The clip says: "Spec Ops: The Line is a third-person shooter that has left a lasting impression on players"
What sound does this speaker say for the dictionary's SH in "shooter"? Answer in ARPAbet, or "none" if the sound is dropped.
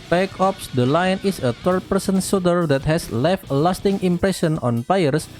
S